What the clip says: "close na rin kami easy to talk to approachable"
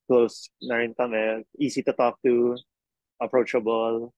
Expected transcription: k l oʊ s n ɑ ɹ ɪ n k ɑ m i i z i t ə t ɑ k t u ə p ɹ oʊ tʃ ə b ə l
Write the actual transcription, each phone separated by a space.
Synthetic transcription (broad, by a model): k l oʊ s n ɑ ɹ ɪ n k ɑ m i i s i t ə t ɑ k t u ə p ɹ oʊ tʃ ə b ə l